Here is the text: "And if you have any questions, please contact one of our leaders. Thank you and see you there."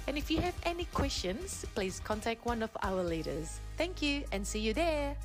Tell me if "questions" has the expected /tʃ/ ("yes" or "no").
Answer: yes